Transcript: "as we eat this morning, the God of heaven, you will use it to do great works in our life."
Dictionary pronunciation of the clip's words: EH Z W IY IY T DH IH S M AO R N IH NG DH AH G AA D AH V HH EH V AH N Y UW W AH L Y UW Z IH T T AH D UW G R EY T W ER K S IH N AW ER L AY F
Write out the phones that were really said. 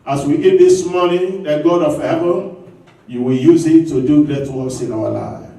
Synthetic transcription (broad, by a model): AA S W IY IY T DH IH S M AO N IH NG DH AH G AA D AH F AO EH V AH Y UW W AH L Y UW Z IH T T AH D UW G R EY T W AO S IH N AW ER L AY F